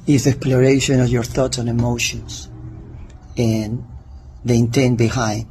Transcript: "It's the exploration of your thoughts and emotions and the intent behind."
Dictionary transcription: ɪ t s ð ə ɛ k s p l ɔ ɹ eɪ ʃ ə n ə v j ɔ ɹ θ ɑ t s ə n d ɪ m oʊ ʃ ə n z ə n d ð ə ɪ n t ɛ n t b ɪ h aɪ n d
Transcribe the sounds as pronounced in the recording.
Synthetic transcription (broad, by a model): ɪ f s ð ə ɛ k s p l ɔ ɹ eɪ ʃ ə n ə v j ɔ ɹ θ ɑ t s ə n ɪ m oʊ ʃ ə n s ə n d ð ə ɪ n t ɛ n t b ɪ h aɪ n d